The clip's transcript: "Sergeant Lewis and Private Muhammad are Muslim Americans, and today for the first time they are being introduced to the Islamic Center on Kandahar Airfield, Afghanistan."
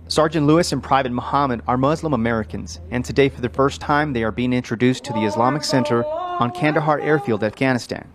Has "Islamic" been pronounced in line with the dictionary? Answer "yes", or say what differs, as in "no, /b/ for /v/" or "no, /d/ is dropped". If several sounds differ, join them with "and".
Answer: yes